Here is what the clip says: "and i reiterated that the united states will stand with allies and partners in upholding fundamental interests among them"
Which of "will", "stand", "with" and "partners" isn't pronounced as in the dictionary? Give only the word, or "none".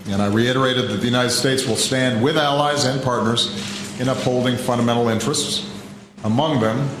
none